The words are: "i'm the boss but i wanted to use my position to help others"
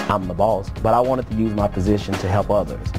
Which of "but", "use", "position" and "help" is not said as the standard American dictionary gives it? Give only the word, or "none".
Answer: none